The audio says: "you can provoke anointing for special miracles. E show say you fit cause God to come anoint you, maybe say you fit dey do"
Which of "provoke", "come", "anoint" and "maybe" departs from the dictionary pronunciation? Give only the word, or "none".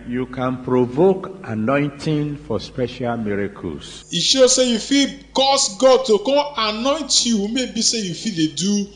come